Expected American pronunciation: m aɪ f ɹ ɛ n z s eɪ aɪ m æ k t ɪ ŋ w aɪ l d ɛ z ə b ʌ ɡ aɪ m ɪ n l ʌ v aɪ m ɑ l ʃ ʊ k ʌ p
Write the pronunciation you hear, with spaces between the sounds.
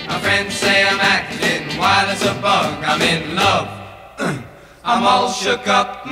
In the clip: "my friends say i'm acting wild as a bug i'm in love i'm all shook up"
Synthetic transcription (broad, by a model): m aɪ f ɹ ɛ n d s eɪ aɪ m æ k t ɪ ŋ w aɪ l ɪ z ə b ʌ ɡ aɪ m ɪ n l ʌ v aɪ m ɑ l ʃ ʊ k ʌ p